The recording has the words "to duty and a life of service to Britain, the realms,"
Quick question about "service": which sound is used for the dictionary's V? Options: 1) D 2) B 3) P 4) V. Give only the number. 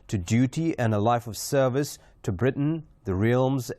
4